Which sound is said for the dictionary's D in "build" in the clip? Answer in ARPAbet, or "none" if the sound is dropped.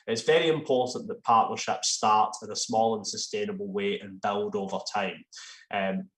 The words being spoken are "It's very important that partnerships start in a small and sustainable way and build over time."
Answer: D